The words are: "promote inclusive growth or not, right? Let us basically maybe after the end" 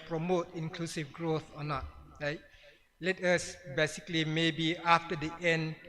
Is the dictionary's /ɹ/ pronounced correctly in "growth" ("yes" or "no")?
yes